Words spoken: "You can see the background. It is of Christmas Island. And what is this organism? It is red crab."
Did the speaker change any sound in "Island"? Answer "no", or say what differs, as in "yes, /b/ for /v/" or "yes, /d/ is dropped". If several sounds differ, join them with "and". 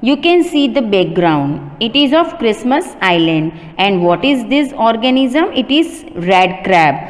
no